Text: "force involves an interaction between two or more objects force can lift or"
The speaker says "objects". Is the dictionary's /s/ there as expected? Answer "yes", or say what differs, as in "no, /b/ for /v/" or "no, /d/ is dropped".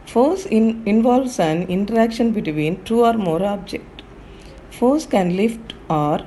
no, /s/ is dropped